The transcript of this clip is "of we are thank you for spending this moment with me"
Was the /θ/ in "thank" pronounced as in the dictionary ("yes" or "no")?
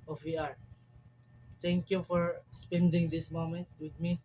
no